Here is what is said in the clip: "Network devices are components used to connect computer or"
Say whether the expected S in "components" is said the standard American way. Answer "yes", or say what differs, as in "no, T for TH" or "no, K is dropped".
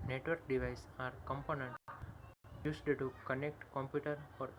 no, S is dropped